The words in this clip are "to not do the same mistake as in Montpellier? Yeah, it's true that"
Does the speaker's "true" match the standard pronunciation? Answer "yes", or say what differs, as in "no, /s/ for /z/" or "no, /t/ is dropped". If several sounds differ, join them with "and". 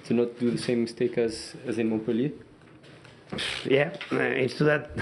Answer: no, /ɹ/ is dropped